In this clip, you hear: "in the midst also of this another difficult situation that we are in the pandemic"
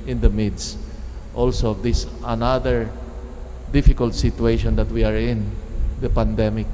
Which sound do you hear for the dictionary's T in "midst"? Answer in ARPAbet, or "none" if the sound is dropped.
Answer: T